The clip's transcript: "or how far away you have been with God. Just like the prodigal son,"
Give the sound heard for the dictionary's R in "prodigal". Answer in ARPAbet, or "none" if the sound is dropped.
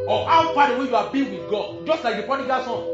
none